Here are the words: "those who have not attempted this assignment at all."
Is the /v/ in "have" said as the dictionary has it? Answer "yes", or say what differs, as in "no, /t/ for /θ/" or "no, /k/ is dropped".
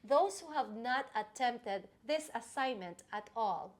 yes